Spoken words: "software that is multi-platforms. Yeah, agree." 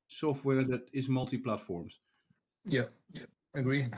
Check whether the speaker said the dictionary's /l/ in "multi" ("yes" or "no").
yes